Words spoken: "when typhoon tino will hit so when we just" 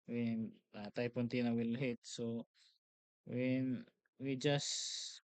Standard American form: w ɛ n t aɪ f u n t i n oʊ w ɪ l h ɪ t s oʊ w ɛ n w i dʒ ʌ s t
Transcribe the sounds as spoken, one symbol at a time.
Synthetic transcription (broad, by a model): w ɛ n t aɪ p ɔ n t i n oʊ w ɪ l h ɪ t s oʊ w ɛ n w i dʒ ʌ s